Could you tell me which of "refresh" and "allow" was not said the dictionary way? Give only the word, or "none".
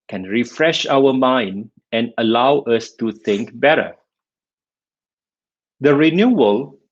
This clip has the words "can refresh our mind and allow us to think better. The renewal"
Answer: none